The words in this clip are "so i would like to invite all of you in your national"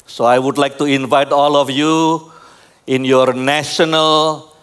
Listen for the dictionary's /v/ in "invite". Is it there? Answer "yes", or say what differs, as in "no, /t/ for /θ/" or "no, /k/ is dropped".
yes